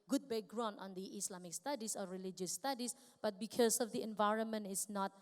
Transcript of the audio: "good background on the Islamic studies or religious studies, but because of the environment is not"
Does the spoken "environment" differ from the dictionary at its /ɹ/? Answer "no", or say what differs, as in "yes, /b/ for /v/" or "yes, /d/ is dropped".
no